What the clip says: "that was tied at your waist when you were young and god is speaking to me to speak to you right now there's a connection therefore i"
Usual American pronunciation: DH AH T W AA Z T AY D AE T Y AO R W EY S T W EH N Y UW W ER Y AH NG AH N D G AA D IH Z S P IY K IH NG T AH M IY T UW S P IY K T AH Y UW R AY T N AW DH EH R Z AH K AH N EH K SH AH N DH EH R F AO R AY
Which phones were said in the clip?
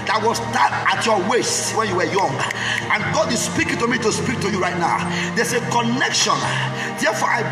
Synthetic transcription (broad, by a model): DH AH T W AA S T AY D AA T Y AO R W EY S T W EH N Y UW W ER Y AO NG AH N G AA D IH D S P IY K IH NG T AH M IY T UW S P IY K T AH Y UW R AY T N AW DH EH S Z AH K AH N EH K SH AH N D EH F AO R AY